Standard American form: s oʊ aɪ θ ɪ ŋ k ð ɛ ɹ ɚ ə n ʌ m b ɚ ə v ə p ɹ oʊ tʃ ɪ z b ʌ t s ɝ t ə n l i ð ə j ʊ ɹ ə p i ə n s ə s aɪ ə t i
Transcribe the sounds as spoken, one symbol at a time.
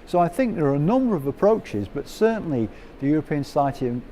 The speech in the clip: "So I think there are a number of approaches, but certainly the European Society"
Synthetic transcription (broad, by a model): s oʊ aɪ θ ɪ ŋ k ð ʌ ɹ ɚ ə n ʌ m b ɚ ə v ə p ɹ oʊ tʃ ɪ z b ʌ t s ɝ t n l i ð ə j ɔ ɹ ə p i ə n s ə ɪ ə t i